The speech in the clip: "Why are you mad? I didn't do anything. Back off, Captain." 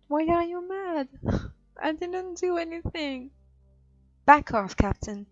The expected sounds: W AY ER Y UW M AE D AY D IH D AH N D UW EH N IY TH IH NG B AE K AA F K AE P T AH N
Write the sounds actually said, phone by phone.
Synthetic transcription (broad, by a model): W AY ER Y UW M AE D AY D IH D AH N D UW EH N IY TH IH NG B AE K AA F K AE P T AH N